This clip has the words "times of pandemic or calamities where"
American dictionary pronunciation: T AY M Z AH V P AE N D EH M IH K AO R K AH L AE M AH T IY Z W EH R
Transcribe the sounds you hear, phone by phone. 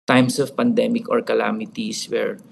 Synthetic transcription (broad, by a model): T AY M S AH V P AE N D EH M IH K AO R K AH L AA M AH T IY S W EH R